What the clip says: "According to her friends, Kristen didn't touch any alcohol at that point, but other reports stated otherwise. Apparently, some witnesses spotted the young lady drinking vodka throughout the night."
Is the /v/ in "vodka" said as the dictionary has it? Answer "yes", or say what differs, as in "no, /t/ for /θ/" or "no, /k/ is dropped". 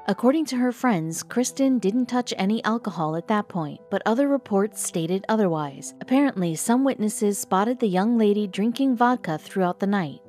yes